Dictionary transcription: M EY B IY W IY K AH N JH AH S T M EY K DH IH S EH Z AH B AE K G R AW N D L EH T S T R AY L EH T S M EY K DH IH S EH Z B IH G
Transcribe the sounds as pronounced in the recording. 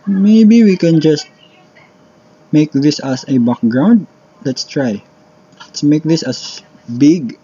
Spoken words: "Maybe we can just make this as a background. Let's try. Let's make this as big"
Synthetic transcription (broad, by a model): M EY B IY W IY K AH N JH AH S T M EY K DH IH S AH S AH B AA K G R AW N D L EH T S T R AY L EH T S M EY K DH IH S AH S B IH G